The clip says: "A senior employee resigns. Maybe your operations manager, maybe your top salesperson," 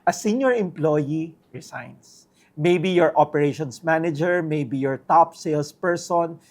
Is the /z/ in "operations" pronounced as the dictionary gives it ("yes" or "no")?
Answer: no